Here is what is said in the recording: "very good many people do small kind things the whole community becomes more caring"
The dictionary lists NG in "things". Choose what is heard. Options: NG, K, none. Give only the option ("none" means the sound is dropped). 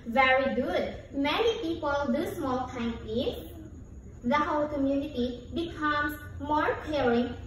none